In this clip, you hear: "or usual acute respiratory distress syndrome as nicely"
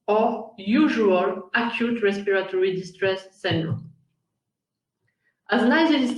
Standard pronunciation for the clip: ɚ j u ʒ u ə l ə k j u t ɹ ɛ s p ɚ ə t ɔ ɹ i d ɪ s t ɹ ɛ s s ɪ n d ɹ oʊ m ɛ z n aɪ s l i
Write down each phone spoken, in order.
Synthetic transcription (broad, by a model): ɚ j u ʒ u ə l ə k j u t ɹ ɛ s p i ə t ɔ ɹ i d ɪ s t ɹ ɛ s s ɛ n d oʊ ɑ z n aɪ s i